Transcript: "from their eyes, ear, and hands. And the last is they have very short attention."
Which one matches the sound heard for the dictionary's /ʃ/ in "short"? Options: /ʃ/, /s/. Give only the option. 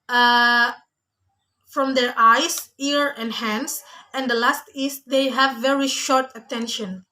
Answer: /ʃ/